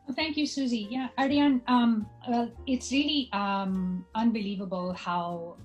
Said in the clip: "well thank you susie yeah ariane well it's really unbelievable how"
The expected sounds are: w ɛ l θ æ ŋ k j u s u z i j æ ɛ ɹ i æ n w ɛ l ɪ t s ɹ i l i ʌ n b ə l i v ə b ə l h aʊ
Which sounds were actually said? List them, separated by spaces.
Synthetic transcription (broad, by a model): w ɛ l θ æ ŋ k j u s u z i j æ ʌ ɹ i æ n w ɛ l ɪ t s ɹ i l i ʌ n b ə l i v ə b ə l h aʊ